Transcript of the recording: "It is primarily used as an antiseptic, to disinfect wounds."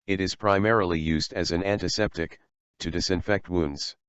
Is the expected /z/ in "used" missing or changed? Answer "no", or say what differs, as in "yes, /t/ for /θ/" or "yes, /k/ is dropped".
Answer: no